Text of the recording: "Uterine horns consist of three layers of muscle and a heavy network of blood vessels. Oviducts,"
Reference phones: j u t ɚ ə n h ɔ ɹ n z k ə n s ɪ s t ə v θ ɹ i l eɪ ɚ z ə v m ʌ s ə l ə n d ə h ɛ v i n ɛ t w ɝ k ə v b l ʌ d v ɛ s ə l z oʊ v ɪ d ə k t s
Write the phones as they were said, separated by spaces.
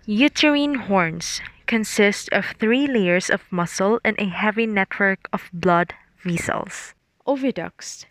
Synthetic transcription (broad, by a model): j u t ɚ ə n h ɔ ɹ n s k ə n s ɪ s t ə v θ ɹ i l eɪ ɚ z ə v m ʌ s ə l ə n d ə h ɛ v i n ɛ t w ɝ k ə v b l ʌ d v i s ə l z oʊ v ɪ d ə k s